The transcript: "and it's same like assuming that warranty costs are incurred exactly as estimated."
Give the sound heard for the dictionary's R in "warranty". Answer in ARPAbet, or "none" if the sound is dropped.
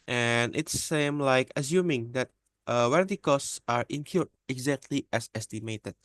W